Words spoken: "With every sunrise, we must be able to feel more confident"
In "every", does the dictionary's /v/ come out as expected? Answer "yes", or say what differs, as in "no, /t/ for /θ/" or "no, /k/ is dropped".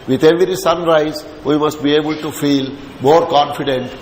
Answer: yes